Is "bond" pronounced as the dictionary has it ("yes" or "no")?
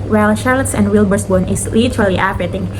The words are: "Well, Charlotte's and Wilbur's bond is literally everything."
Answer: no